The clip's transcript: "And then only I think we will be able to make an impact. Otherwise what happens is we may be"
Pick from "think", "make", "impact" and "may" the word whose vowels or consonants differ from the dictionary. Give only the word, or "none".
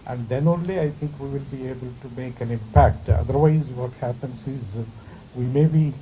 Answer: think